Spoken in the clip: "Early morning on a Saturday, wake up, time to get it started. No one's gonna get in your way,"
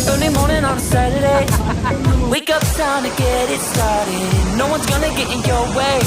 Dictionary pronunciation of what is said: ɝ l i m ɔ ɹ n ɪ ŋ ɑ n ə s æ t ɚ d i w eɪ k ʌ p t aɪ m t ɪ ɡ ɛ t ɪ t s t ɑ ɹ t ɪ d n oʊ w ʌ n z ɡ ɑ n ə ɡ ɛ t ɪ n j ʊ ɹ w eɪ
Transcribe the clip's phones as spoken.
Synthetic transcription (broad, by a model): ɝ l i m ɔ ɹ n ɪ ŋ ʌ n s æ t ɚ d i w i k ʌ p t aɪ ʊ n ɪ ɡ ɛ t ɪ t s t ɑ ɹ t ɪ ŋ n oʊ w ʌ n z ɡ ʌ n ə ɡ ɛ t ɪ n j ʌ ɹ w eɪ